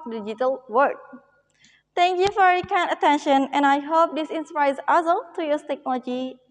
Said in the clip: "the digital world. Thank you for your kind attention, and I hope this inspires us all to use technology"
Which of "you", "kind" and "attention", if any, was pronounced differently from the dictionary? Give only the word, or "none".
kind